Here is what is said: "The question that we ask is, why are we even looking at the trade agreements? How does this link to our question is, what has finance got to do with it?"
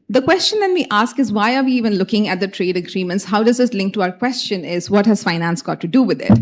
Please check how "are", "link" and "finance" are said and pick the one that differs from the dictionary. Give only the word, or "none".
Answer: none